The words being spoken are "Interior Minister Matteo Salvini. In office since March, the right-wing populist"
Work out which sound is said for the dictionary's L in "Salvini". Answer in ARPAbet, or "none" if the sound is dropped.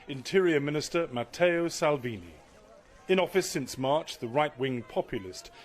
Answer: L